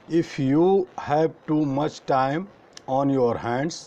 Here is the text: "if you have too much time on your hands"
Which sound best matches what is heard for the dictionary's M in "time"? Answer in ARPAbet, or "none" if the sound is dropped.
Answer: M